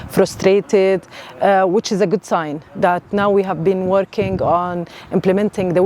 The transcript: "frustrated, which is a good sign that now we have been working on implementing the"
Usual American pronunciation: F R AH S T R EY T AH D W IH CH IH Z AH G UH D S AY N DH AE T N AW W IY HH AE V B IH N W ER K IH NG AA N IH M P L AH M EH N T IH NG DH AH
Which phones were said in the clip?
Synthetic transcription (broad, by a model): F R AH S T R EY T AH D W IH CH IH Z AH G UH D S AY N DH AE T N AW W IY HH AE V B IH N W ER K IH NG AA N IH M P L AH M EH N T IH NG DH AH